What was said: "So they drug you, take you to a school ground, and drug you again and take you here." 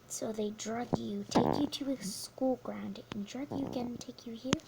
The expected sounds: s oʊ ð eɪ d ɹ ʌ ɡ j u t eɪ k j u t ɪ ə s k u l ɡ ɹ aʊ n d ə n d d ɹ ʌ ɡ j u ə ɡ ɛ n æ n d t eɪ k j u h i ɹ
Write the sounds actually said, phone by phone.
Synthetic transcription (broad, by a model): s oʊ ð eɪ d ɹ ʌ ɡ j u t eɪ k j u t ɪ ə s k u l ɡ ɹ aʊ n d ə n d d ɹ ʌ ɡ j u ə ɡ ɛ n n t eɪ k j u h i ɹ